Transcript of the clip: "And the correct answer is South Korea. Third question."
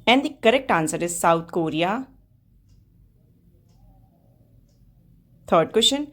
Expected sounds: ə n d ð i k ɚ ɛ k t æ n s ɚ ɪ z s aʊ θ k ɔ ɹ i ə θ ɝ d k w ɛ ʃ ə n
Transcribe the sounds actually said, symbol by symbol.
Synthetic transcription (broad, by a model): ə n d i k ɚ ɛ k t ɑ n s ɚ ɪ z s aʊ t k ɔ ɹ i ə t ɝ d k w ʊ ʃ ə n